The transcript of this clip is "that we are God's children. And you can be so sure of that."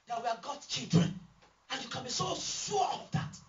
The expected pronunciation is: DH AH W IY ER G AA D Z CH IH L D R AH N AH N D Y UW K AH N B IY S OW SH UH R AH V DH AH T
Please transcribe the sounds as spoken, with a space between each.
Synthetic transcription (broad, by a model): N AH W IY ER G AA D CH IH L D R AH N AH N Y UW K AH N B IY S OW S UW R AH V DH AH T